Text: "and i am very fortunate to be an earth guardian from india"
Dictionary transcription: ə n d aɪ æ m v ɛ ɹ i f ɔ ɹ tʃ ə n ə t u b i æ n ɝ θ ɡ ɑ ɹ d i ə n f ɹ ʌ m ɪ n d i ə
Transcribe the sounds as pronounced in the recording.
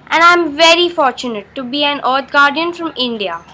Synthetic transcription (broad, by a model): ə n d aɪ m v ɛ ɹ i f ɔ ɹ tʃ ə n ə t u b i æ n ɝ t ɡ ɑ ɹ d i ə n f ɹ ʌ m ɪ n d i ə